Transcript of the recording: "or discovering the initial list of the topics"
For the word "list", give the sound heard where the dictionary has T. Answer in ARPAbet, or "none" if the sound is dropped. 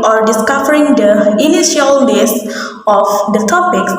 none